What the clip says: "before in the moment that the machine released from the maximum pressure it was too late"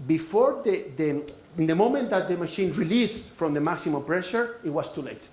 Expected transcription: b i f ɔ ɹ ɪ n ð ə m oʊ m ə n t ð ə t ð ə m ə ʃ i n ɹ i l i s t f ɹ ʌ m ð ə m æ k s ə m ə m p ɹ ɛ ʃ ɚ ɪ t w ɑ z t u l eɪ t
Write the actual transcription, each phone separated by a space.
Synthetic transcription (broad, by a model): b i f ɔ ɹ ɪ n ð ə m oʊ m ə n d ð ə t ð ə m ə ʃ i n ɹ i l i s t f ɹ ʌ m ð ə m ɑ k s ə m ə m p ɹ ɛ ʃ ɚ ɪ t w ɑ s t u l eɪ t